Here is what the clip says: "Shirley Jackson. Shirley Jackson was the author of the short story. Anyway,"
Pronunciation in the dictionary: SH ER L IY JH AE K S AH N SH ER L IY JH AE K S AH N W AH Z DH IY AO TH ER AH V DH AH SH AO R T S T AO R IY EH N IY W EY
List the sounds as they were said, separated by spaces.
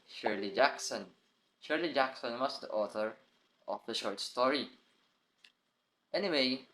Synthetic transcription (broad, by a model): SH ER L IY JH AE K S AH N SH ER L IY JH AE K S AH N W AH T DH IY AO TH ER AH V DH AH SH AO R T S T AO R IY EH N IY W EY